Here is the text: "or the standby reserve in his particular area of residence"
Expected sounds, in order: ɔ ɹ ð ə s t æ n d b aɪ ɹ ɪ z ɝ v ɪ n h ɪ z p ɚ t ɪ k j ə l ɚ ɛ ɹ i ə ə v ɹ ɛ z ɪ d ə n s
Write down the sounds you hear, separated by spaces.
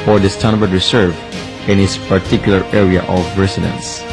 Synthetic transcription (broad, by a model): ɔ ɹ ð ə s t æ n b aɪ ɹ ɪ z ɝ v ɪ n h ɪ s p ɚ t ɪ k j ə l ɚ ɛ ɹ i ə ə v ɹ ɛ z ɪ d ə n s